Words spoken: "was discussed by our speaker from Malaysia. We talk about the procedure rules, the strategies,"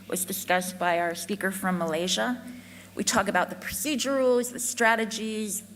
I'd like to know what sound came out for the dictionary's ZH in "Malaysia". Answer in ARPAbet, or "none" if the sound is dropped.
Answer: ZH